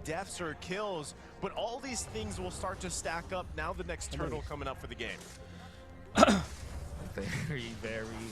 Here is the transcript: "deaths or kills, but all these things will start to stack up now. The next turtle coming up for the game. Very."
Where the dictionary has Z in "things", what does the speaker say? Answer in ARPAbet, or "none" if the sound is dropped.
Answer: Z